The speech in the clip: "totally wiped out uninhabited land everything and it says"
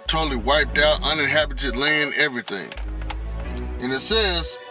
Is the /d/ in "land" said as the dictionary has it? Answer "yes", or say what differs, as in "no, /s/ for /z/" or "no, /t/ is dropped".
no, /d/ is dropped